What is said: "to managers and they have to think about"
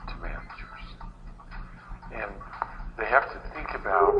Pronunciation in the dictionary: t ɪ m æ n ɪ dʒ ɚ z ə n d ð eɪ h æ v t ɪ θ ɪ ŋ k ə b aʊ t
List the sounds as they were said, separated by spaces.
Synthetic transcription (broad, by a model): t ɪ m æ n ɪ dʒ ɚ z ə n ð eɪ h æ f t ɪ θ ɪ ŋ k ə b aʊ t